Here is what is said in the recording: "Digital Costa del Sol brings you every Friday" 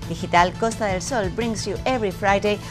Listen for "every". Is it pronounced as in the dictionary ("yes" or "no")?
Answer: no